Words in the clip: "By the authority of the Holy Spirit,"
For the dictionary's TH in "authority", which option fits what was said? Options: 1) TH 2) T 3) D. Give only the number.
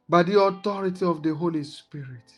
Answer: 2